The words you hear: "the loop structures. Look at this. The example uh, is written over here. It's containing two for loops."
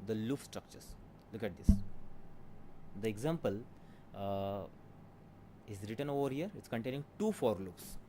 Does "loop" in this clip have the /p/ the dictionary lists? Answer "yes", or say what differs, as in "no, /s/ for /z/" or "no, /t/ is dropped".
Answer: no, /f/ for /p/